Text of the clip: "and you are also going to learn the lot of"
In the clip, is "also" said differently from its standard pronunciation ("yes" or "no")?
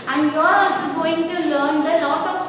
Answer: yes